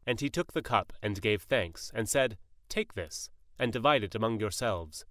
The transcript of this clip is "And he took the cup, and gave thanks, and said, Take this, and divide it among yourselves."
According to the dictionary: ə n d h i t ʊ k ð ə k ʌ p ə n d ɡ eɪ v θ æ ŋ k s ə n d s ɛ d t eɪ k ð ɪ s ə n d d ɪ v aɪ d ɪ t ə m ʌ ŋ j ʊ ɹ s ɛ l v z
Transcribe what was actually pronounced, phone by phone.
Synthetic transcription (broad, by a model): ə n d i t ʊ k ð ə k ʌ p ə n ɡ eɪ v θ æ ŋ k s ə n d s ɛ d t eɪ k ð ɪ s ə n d d ɪ v aɪ d ɪ t ə m ʌ ŋ j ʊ ɹ s ɛ l v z